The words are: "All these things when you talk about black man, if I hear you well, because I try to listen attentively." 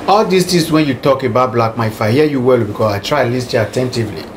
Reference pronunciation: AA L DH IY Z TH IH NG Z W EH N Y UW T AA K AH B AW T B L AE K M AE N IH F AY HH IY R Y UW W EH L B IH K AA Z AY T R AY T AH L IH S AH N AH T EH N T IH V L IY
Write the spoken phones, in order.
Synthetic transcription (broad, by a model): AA L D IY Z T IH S W EH N Y UW T AA K AH B AW T B L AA K M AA IH F AY HH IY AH Y UW W EH L B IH K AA S AY T R AY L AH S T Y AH AH T EH N T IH V L IY